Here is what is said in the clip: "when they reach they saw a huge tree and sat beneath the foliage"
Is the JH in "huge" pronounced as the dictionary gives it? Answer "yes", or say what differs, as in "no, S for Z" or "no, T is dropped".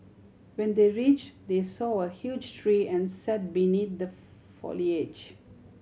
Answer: yes